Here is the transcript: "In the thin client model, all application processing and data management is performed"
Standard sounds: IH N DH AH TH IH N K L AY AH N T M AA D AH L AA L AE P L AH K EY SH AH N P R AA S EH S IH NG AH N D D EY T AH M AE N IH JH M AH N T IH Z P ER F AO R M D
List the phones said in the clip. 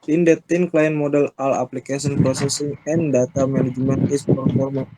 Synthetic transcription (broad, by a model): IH N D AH T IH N K L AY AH N M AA D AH L AA L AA P L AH K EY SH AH N P R AA S EH S IH NG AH N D D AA T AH M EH N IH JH M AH N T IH S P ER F AO R M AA